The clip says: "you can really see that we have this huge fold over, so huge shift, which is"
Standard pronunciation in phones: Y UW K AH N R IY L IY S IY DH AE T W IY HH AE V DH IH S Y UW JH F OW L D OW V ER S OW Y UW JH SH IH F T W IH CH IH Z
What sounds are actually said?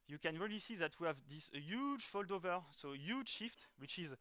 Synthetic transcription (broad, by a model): Y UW K AH N R IY L IY S IY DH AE T W IY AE V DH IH S Y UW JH F OW L D OW V ER S OW Y UW JH SH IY F T W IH CH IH Z